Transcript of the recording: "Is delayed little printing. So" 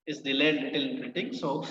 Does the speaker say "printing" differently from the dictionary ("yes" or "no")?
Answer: yes